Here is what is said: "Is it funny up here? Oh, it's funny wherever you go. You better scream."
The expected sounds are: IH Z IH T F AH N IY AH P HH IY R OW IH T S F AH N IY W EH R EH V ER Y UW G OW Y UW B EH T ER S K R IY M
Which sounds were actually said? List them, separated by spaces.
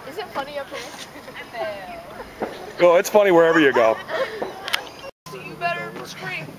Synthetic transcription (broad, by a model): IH Z IH T F AH N IY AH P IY W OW IH T S F AH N IY W EH R EH V ER Y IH G OW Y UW B EH T ER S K R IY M